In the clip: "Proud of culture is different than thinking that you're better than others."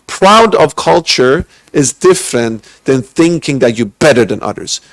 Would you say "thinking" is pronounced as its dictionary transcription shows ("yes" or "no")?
yes